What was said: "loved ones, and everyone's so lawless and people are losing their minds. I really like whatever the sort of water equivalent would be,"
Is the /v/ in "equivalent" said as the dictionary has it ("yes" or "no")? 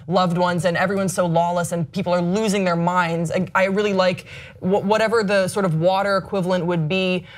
yes